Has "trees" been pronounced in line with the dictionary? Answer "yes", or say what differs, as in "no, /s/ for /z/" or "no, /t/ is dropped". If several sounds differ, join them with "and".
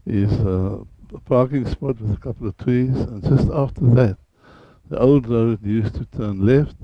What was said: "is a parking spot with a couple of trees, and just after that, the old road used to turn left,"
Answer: no, /w/ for /ɹ/